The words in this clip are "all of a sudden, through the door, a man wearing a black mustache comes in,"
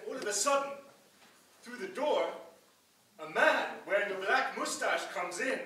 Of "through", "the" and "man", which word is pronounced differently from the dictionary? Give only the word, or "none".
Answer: none